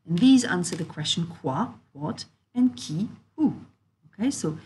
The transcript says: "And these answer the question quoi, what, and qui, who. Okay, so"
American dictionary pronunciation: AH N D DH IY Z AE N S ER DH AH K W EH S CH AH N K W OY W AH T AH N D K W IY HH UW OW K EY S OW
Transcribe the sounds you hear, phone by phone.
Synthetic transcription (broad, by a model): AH N DH IY Z AE N S ER DH AH K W EH S CH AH N K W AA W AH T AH N K IY HH UW OW K EY S OW